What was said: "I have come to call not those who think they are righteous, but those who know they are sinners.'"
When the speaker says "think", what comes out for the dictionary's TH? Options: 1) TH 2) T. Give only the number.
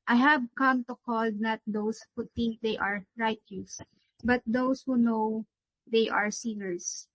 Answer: 2